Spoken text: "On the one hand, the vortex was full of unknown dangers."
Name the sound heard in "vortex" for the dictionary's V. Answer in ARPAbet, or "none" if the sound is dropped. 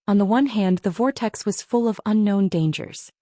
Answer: V